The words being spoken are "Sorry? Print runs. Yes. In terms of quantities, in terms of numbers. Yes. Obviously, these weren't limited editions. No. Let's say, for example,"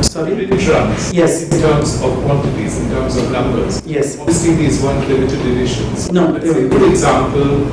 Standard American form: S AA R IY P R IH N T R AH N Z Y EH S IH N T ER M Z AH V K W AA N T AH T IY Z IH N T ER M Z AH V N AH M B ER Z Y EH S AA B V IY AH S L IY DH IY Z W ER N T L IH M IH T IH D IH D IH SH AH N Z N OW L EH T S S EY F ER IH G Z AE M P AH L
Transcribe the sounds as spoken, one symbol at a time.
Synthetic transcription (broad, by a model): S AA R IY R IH T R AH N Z Y EH S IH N T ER M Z AH V K W AA N T AH T IY Z IH N T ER M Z AH V N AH M B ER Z Y EH S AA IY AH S IY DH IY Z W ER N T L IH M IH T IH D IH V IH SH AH N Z N OW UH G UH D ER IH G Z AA M P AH L